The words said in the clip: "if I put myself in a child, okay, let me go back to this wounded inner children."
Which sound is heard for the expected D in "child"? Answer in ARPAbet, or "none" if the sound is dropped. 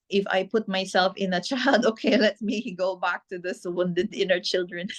D